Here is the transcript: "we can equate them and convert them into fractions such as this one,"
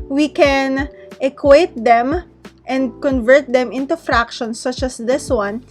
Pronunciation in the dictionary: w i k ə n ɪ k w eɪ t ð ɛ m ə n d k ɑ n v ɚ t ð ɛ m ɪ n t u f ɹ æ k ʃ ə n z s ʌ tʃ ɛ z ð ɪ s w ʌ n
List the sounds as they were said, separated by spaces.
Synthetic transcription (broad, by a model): w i k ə n ɪ k w eɪ t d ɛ m ə n d k ɑ n v ɚ t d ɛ m ɪ n t u f ɹ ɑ k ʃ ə n s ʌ tʃ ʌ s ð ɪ s w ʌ n